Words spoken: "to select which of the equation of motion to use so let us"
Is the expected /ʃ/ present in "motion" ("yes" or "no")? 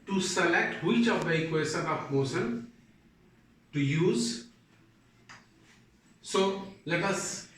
no